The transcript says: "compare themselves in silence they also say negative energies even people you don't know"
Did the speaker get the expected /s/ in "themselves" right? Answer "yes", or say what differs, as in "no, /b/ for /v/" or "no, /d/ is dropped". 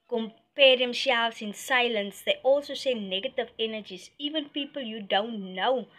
no, /ʃ/ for /s/